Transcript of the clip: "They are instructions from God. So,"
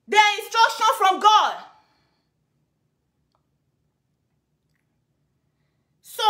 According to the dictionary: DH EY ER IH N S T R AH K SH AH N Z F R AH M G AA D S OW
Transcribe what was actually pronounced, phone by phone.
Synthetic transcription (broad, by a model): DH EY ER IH N S T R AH K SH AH N F R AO M G AA D S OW